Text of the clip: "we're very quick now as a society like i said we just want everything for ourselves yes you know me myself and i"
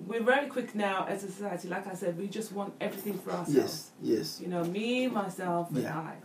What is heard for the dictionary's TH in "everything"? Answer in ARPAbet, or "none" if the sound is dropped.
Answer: TH